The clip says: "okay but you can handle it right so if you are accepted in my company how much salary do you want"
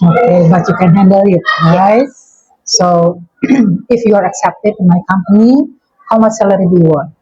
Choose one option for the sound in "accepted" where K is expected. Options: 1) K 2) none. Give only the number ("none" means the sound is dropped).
1